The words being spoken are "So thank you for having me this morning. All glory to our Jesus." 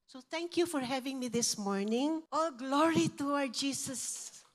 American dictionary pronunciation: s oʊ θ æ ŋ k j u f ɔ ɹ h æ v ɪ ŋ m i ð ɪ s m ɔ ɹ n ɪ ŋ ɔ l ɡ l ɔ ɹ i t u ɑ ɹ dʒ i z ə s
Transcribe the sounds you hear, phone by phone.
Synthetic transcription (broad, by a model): s oʊ t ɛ ŋ k j u f ɔ ɹ h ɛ v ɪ ŋ m i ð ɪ s m ɔ ɹ n ɪ ŋ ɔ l ɡ l ɔ ɹ i t u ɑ dʒ i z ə s